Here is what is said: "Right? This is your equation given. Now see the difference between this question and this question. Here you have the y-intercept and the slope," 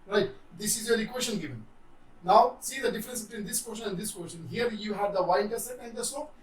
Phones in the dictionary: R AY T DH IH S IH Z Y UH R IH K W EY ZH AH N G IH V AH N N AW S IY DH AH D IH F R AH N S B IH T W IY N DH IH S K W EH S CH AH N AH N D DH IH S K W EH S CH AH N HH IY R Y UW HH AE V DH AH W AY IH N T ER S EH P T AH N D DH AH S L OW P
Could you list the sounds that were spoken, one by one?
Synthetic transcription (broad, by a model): R AY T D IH S IH Z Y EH L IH K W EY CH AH N G IH V AH N N AW S IY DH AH D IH F R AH N S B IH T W IY N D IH S K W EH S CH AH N AH N D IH S K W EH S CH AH N HH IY R Y UW HH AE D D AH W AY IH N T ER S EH T AH N D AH S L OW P